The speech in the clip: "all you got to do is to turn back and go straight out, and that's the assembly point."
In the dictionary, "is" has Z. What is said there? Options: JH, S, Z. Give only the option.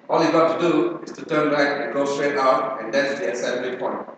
S